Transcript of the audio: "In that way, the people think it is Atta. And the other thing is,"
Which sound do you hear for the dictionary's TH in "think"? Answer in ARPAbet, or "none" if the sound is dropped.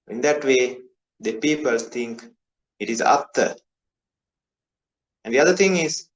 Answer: T